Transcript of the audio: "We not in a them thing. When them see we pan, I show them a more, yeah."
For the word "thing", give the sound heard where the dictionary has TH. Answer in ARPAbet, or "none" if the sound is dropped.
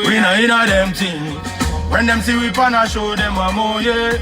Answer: T